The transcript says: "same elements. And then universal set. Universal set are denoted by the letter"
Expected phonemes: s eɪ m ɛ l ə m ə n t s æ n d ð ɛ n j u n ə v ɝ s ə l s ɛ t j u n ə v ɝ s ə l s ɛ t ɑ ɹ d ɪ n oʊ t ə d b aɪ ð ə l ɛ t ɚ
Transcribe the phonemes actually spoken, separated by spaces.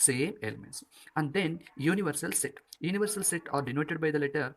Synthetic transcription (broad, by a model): s eɪ m ɛ l ə m ə n t s æ n d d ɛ n j u n ə v ɝ s ə l s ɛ t j u n ə v ɝ s ə l s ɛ t ɑ ɹ d ɪ n oʊ t ə d b aɪ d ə l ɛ t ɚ